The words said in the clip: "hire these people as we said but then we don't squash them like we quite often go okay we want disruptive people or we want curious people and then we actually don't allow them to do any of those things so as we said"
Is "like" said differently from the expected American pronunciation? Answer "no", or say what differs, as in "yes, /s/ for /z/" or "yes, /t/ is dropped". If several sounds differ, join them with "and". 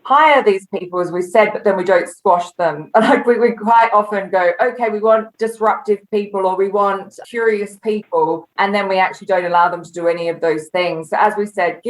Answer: yes, /n/ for /l/